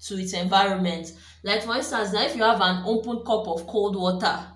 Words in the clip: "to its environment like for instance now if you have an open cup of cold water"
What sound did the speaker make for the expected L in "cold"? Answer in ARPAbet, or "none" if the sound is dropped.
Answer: L